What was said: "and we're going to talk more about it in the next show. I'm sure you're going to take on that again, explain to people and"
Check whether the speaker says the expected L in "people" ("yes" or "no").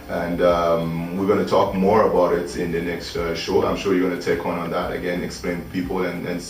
no